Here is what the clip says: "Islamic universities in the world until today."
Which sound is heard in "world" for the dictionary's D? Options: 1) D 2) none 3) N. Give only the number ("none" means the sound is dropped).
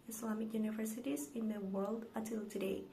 1